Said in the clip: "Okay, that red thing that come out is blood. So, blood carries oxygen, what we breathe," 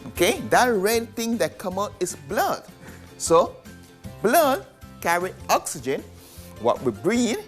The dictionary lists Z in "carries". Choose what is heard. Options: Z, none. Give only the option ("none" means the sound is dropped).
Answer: none